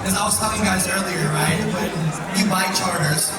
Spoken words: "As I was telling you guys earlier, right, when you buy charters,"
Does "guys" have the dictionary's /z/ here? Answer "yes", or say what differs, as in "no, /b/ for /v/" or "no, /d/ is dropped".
yes